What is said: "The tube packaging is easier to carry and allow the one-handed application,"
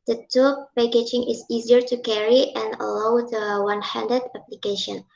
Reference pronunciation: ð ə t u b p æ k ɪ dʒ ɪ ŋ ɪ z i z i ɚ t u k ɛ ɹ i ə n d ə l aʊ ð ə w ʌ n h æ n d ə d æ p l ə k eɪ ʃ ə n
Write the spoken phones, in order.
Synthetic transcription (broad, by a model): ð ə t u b p æ k ɪ dʒ ɪ ŋ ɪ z i z i ɚ t u k ɛ ɹ i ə n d ə l aʊ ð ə w ʌ n h æ n d ə d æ p l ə k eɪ ʃ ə n